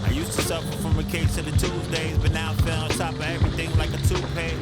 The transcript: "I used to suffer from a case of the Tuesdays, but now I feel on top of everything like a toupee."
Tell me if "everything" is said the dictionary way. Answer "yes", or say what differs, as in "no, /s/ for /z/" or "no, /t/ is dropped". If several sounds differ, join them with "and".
yes